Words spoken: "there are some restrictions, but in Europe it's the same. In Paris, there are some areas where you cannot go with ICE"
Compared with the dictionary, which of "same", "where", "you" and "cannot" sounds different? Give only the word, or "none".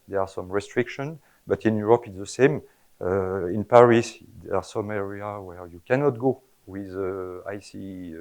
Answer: none